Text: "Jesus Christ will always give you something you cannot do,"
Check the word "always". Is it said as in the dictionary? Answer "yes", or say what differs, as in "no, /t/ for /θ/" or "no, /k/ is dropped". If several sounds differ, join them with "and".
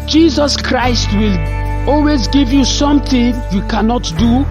yes